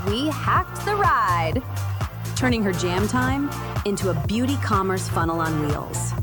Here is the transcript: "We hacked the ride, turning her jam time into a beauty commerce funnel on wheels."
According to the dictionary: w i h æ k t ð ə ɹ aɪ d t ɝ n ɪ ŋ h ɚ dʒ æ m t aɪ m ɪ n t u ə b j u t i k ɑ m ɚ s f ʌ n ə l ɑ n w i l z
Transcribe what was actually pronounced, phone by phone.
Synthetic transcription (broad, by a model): w i h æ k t ð ə ɹ aɪ d t ɝ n ɪ ŋ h ɚ dʒ æ m t aɪ m ɪ n t u ə b j u t i k ɑ m ɚ s f ʌ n l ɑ n w i l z